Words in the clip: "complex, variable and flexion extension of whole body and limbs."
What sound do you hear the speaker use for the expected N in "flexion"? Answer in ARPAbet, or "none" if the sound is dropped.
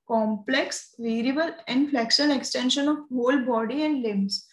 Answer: L